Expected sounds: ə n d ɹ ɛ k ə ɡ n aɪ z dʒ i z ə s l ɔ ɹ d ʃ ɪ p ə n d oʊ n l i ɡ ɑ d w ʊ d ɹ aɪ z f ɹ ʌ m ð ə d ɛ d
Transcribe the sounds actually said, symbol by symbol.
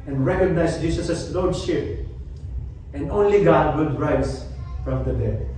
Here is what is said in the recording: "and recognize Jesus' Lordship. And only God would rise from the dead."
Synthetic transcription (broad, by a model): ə n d ɹ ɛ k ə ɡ n aɪ s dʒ i s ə s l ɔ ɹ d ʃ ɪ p ə n d oʊ n l i ɡ ɑ d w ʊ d ɹ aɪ s f ɹ ʌ m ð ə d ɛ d